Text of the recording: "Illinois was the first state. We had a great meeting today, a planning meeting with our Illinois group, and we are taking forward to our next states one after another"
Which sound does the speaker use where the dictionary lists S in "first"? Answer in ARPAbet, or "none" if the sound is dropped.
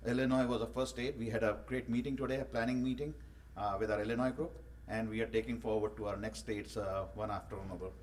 none